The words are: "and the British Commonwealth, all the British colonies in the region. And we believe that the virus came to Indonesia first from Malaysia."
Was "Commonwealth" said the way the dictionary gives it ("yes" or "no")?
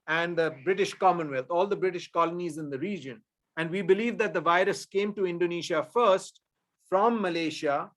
no